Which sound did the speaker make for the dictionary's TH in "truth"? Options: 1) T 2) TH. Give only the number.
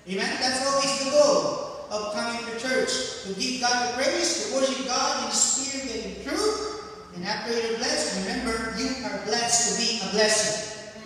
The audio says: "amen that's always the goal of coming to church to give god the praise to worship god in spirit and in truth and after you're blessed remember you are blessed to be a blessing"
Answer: 2